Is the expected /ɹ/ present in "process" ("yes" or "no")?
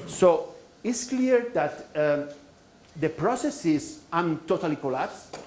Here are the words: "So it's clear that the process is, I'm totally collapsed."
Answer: yes